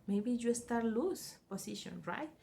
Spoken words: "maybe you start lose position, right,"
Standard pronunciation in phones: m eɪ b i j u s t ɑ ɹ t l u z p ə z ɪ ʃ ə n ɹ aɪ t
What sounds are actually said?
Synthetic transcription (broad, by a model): m eɪ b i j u s t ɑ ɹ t l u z p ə s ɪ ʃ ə n ɹ aɪ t